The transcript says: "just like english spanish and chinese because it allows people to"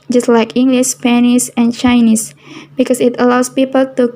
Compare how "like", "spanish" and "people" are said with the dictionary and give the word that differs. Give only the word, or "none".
spanish